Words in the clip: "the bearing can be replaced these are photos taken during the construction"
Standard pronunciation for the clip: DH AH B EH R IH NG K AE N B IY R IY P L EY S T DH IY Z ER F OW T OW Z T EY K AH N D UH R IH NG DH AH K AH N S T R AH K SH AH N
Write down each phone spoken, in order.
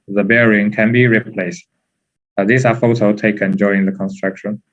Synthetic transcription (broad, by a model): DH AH B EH R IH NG K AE N B IY R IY P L EY S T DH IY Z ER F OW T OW T EY K AH N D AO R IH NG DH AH K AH N S T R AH K SH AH N